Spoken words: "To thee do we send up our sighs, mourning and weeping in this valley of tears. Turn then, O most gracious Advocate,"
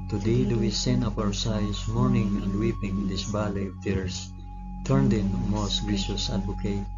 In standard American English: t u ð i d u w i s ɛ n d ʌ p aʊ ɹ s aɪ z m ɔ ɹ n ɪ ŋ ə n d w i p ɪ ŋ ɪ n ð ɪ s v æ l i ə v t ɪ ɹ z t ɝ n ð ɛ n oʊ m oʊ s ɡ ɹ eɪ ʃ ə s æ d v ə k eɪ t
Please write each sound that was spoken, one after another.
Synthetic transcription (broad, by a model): t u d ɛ d u w i s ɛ n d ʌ p aʊ ɹ s aɪ s m ɔ ɹ n ɪ ŋ ə n d w i p ɪ ŋ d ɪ s b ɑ l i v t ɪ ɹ s t ɝ n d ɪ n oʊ m oʊ s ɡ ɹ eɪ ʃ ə s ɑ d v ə k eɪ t